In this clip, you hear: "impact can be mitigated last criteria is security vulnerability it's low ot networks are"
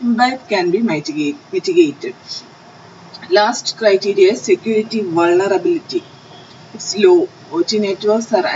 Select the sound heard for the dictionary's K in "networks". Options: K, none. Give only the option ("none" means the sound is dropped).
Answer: none